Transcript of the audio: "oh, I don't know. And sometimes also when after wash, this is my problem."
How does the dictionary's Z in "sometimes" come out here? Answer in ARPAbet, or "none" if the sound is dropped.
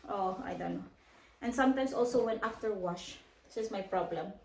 S